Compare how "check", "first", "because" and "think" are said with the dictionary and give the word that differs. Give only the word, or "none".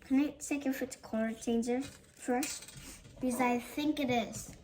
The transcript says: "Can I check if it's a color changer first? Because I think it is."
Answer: check